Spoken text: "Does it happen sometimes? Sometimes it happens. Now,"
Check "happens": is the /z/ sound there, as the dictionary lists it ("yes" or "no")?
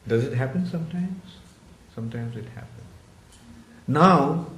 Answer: no